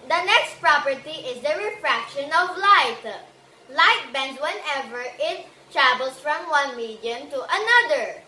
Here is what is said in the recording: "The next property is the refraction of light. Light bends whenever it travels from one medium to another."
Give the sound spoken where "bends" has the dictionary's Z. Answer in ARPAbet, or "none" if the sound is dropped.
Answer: none